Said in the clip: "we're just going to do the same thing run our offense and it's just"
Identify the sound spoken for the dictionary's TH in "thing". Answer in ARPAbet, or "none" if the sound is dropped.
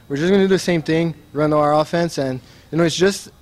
TH